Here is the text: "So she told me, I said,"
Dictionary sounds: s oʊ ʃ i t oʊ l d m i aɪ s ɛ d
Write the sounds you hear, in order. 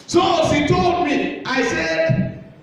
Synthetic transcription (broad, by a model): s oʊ s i t oʊ l d m i aɪ s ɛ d